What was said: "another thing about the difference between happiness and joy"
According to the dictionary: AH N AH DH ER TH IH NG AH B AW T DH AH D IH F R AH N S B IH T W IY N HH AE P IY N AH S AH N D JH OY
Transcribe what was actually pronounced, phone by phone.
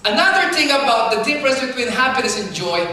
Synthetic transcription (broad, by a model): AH N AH DH ER TH IH NG AH B AW T DH AH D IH P R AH S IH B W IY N HH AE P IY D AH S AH N JH OY